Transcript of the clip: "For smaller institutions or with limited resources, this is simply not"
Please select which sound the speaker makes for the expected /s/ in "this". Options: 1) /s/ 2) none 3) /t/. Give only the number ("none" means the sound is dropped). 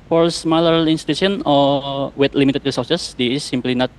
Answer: 2